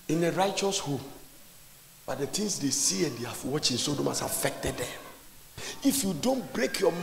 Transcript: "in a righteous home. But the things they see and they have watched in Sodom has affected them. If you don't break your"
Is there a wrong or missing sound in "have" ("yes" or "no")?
yes